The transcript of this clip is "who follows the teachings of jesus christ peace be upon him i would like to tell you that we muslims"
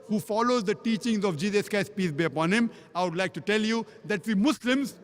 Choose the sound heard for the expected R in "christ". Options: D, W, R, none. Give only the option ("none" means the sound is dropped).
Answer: none